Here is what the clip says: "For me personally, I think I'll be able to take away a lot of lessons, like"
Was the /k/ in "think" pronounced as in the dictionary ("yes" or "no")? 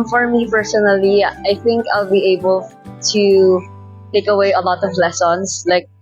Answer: yes